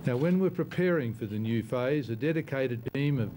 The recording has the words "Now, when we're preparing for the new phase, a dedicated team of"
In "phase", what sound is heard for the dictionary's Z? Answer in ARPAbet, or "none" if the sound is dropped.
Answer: Z